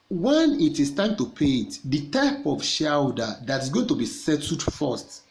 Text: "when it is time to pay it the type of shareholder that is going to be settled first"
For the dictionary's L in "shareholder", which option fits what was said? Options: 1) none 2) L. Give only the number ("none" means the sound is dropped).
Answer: 1